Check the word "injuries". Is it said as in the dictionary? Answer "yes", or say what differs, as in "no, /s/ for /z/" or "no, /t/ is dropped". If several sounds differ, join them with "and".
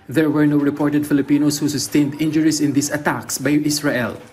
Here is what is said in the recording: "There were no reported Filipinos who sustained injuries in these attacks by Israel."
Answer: no, /s/ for /z/